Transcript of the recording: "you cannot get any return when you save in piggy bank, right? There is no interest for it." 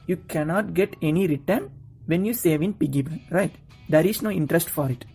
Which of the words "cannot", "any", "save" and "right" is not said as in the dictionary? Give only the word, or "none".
none